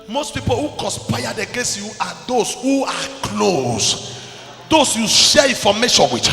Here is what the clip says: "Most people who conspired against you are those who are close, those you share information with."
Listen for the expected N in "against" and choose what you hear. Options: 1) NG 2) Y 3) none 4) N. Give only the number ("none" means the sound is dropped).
4